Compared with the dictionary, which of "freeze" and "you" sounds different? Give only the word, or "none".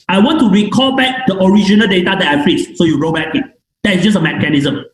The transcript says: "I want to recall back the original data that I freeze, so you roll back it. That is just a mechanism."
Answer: freeze